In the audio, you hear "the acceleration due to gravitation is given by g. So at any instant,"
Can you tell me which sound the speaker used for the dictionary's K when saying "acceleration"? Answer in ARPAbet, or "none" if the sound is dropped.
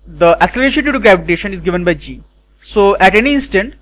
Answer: none